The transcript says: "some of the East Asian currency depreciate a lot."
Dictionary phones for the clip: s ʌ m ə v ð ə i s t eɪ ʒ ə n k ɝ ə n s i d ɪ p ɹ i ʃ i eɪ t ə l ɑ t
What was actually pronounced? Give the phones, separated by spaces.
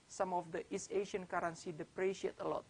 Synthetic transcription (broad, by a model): s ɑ m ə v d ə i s eɪ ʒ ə n k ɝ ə n s i d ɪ p ɹ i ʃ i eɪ t ə l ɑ t